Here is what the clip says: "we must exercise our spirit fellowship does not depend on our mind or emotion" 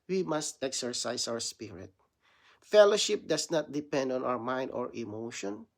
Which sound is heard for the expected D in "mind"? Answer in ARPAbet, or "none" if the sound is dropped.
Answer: D